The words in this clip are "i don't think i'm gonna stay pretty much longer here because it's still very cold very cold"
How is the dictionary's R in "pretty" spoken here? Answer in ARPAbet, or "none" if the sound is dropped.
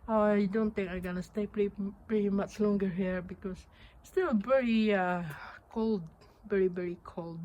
R